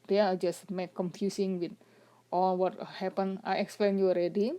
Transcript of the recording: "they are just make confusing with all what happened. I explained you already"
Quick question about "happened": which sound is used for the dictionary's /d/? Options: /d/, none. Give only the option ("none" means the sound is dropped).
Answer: none